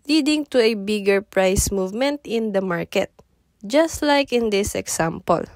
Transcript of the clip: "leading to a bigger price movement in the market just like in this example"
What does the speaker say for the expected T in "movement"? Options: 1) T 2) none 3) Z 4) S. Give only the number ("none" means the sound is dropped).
1